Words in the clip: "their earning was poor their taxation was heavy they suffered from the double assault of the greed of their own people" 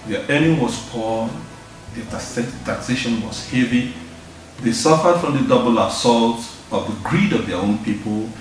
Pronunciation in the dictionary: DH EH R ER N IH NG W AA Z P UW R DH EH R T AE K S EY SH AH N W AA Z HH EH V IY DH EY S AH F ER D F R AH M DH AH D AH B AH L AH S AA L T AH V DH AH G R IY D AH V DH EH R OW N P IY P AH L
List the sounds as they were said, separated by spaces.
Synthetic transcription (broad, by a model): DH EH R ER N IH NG W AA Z P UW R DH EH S T AE K S EY SH AH N W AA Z HH EH V IY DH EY S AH F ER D F R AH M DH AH D AH B AH L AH S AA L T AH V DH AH G R IY D AH V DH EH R OW N P IY P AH L